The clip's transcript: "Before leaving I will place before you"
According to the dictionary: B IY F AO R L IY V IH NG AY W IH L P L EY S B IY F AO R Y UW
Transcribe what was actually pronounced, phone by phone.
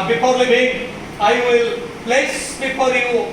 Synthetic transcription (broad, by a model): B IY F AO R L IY B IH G AY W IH L P L EY S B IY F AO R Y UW